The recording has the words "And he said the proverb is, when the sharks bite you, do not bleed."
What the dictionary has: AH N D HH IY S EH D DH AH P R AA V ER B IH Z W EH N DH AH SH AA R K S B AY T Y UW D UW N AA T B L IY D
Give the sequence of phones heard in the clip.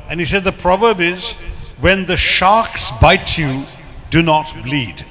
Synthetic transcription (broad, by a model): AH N HH IY S EH D DH AH P R AA V ER B IH Z W EH N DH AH SH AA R K S B AY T Y UW D UW N AA T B L IY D